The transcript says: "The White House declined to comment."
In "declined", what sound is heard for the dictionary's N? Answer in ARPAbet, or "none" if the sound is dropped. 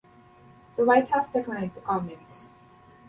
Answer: none